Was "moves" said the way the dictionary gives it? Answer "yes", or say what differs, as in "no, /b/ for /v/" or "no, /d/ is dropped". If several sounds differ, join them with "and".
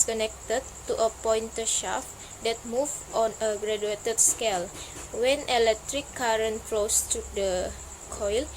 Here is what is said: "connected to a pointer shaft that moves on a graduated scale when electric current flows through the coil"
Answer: no, /z/ is dropped